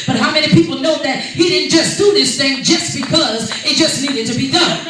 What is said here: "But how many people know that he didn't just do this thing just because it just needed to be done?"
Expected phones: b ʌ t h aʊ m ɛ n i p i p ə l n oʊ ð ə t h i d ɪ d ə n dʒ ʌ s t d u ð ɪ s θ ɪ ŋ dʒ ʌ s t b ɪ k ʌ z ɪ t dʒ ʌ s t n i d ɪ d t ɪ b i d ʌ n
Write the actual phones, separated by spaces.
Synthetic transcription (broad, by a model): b ʌ t h aʊ m ɛ n i p i p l n oʊ ð ə t h i d ɪ d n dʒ ʌ s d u ð ɪ s θ ɪ ŋ dʒ ʌ s b ɪ k ʌ z ɪ t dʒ ʌ s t n i d ɪ d t ɪ b i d ʌ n